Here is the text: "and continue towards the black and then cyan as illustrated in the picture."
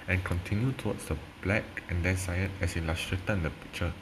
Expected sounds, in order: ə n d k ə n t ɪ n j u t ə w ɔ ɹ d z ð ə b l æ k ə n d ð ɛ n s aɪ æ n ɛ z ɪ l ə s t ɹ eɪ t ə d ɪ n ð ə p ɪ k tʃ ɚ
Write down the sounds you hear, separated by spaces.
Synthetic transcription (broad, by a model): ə n k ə n t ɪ n j u t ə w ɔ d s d ə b l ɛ k ə n d ɛ n s aɪ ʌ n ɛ s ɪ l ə s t ɹ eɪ t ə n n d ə p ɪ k tʃ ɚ